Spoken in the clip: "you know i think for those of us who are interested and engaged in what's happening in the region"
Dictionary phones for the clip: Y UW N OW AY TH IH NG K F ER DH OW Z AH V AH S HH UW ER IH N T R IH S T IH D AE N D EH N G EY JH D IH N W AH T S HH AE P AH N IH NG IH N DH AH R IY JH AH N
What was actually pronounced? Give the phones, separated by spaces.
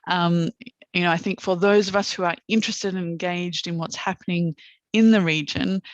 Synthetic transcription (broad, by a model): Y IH N OW AY TH IH NG K F ER DH OW Z AH V AH S HH UW ER IH N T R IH S T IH D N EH N G EY JH D IH N W AH T S HH AE P AH N IH NG IH N DH AH R IY JH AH N